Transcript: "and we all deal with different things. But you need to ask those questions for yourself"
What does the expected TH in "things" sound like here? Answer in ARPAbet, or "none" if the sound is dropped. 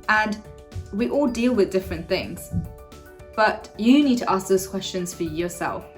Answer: TH